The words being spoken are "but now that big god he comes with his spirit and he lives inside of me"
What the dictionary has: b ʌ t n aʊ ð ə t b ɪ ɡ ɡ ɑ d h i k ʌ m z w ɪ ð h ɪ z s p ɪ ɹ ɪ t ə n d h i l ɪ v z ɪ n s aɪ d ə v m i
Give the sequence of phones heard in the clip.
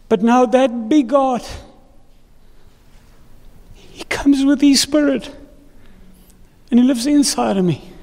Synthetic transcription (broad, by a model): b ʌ t n aʊ ð ə t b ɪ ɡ ɡ ɑ d h i k ʌ m z w ɪ ð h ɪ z s p ɪ ɹ ɪ t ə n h i l ɪ v z ɪ n s aɪ d ə v m i